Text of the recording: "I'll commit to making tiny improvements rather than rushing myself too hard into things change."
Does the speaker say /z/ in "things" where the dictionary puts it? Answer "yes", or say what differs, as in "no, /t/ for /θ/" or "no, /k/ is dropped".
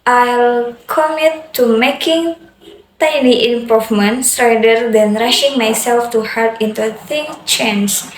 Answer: no, /z/ is dropped